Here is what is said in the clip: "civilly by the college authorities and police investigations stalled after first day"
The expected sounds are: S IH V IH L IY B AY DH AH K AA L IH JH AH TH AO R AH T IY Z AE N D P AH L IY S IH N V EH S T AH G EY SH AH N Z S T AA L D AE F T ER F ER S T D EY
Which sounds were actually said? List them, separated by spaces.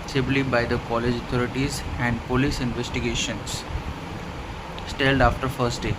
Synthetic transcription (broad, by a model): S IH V L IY B AY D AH K AA L IH JH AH T AO R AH T IY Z AE N D P AH L IY S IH N V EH S T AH G EY SH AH N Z S T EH L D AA F T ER F ER S T D EY